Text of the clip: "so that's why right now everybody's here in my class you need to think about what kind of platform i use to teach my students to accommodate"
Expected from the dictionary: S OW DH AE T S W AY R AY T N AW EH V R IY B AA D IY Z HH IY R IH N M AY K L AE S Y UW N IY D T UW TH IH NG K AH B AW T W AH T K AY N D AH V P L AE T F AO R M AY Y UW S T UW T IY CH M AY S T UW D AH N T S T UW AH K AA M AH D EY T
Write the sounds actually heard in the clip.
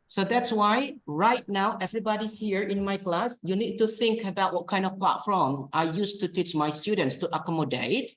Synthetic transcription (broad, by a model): S OW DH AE T S W AY R AY T N AW EH V R IY B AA D IY S HH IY R IH N M AY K L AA S Y UW N IY D T UW TH IH NG K AH B AW T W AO T K AY N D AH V P L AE T F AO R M AY Y UW S T UW T IY CH M AY S T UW D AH N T S T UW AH K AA M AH D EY T